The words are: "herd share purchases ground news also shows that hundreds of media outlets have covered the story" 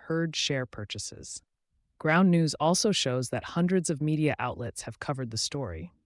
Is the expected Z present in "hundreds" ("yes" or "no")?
yes